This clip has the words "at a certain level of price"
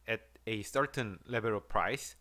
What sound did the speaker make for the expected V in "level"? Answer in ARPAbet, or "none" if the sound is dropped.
B